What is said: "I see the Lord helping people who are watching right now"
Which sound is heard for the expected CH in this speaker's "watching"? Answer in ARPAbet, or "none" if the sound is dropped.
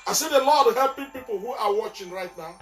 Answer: CH